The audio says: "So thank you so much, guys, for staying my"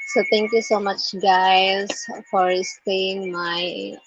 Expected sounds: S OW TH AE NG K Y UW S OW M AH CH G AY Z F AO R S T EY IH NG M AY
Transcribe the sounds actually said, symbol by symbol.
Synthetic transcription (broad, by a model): S OW T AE NG K Y UW S OW M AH CH G AY S F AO R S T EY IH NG M AY